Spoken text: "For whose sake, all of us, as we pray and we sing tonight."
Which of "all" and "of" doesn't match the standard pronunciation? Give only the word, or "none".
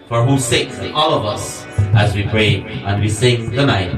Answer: none